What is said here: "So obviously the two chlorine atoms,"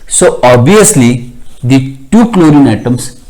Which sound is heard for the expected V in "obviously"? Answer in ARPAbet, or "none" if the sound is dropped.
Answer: none